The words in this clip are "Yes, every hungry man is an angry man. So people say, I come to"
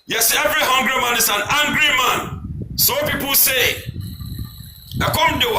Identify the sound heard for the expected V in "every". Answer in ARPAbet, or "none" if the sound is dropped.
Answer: V